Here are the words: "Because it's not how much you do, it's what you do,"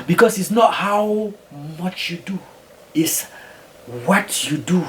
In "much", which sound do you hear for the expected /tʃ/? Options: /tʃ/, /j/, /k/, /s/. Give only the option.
/tʃ/